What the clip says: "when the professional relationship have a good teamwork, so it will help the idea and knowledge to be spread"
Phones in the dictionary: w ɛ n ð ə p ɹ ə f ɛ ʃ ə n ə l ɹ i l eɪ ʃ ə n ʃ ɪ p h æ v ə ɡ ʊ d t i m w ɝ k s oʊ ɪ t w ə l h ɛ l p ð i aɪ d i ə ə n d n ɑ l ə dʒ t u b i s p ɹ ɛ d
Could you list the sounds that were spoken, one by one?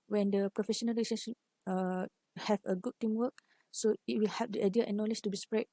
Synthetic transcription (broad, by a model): w ɛ n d ə p ɹ ə f ɛ ʃ ə n ə l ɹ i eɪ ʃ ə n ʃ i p h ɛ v ə ɡ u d t i m w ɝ k s oʊ ɪ t w ə l h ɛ p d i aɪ d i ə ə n n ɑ l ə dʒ t u b i s p ɹ ɛ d